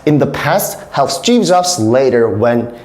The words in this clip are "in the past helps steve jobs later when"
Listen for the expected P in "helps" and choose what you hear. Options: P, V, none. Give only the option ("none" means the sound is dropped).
none